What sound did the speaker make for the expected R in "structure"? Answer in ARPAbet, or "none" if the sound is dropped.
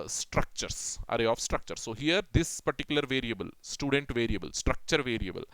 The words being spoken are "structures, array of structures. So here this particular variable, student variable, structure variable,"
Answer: R